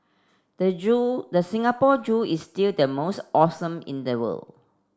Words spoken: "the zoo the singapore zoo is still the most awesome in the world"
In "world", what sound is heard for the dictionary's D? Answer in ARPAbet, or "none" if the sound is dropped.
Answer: none